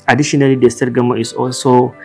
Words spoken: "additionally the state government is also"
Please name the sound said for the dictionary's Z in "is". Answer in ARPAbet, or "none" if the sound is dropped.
S